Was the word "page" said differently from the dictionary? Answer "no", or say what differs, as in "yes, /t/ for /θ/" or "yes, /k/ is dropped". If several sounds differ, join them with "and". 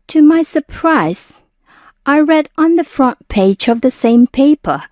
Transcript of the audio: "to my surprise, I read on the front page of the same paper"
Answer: no